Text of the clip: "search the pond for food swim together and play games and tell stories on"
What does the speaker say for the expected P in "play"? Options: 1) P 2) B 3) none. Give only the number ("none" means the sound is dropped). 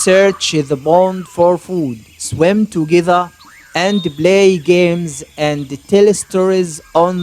2